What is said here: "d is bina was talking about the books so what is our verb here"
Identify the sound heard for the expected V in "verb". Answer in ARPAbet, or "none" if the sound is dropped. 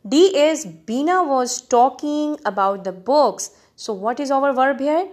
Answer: V